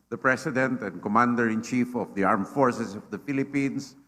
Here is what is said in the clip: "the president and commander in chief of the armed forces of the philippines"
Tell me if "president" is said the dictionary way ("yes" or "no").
no